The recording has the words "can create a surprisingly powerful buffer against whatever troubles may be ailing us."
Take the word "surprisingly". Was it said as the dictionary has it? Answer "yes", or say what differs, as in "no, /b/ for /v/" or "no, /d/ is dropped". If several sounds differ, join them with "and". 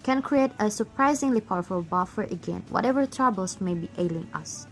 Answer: yes